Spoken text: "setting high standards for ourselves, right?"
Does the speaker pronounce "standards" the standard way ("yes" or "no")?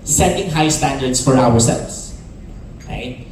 no